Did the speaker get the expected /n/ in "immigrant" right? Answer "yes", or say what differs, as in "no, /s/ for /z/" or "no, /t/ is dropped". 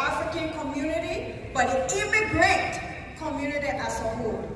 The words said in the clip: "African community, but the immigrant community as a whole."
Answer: no, /n/ is dropped